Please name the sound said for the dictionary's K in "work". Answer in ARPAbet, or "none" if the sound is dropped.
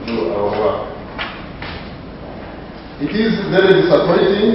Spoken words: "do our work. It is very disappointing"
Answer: none